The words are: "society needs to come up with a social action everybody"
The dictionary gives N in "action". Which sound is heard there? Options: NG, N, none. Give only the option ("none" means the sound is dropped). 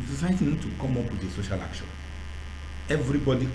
none